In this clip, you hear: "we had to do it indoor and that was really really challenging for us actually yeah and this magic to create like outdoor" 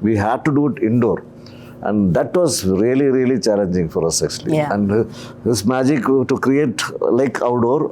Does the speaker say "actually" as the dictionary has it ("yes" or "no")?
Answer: no